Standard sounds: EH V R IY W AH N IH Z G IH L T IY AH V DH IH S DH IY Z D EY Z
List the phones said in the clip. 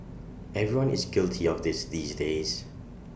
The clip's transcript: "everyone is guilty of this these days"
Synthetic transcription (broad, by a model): EH V R IY W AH N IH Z G IH L T IY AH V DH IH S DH IY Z D EY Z